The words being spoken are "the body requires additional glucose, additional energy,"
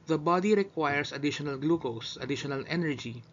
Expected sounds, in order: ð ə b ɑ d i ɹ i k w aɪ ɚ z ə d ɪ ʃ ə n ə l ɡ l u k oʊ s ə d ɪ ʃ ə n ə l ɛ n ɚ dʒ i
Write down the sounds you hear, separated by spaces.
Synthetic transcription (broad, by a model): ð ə b ɑ d i ɹ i k w aɪ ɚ s ə d ɪ ʃ ə n ə l ɡ l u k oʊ s ə d ɪ ʃ ə n ə l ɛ n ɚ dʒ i